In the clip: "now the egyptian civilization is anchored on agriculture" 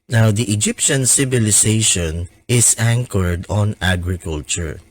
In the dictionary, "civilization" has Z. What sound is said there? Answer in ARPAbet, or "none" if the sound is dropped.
S